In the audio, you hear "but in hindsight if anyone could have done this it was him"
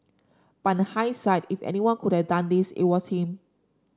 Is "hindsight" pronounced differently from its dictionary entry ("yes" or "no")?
yes